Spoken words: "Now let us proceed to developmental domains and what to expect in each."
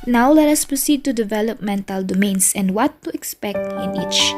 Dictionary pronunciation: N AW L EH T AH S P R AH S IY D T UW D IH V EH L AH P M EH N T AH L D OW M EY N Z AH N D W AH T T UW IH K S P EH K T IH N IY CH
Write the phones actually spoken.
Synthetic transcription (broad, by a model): N AW L EH T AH S P R AH S IY D T UW D IH V EH L AH P M EH N T AH L D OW M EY N S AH N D W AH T T UW IH K S P EH K T IH N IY CH